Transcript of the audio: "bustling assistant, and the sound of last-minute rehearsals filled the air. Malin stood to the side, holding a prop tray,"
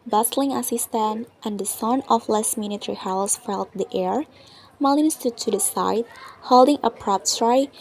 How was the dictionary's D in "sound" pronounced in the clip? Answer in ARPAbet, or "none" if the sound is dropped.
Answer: none